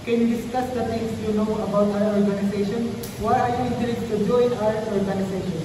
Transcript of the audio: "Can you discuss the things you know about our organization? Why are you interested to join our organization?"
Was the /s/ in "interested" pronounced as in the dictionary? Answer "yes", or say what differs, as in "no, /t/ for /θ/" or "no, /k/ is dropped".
no, /s/ is dropped